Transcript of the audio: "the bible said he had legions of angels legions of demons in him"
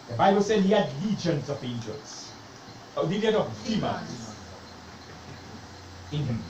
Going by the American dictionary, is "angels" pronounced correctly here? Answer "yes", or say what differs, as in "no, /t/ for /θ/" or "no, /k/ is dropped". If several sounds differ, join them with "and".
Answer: no, /s/ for /z/